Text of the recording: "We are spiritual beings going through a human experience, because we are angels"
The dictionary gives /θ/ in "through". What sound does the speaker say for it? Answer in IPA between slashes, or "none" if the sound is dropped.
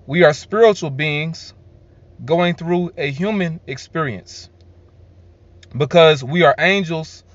/θ/